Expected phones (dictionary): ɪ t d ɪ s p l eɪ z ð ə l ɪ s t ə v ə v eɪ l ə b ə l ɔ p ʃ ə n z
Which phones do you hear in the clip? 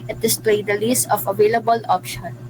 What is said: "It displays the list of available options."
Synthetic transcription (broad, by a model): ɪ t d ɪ s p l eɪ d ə l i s ə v ə v eɪ l ə b ə l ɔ p ʃ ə n